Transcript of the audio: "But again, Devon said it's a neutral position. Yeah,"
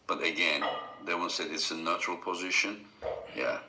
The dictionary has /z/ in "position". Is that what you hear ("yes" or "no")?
yes